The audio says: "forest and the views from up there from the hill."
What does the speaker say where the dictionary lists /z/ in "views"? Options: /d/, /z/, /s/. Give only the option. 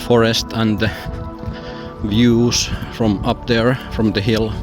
/s/